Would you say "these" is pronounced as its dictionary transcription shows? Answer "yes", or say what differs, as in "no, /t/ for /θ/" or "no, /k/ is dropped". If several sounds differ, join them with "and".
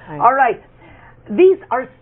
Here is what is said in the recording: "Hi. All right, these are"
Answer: yes